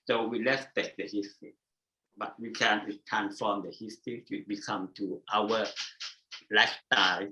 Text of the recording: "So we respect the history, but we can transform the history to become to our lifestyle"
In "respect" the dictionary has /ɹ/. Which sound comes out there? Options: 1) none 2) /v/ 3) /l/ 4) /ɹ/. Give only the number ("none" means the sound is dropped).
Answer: 3